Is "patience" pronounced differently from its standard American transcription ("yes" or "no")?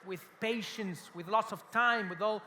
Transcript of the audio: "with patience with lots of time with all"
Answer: no